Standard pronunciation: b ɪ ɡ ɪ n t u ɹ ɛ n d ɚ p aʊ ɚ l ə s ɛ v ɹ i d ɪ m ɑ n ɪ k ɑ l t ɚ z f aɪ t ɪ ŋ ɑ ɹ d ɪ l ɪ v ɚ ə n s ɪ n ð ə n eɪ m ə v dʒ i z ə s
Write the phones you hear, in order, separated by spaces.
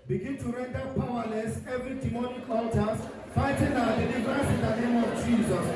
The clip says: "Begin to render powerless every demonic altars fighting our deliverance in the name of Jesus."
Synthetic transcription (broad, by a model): b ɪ ɡ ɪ n t u ɹ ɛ n d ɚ p aʊ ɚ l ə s ɛ v ɹ i d ɪ m ɑ n ɪ k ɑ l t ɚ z f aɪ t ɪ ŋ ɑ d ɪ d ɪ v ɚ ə s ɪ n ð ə n eɪ m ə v dʒ i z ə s